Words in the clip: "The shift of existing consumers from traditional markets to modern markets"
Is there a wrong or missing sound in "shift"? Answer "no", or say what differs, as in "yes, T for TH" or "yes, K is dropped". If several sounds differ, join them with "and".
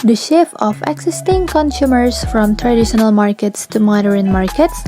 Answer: yes, T is dropped